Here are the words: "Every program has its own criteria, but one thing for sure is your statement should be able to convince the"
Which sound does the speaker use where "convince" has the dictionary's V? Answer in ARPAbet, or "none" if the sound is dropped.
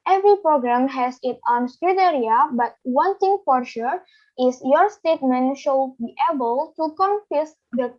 F